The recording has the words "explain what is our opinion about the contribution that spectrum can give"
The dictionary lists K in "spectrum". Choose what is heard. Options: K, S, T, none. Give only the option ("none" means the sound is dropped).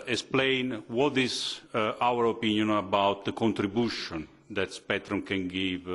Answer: none